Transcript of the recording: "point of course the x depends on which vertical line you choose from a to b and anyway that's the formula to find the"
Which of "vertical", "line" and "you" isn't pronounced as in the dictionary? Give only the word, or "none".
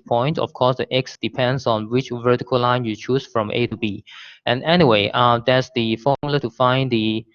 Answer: none